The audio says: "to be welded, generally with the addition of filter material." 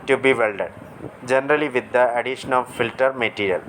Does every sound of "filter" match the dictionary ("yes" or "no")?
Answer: yes